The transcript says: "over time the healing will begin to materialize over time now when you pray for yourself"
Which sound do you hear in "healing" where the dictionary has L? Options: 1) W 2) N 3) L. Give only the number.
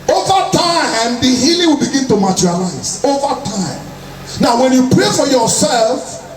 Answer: 3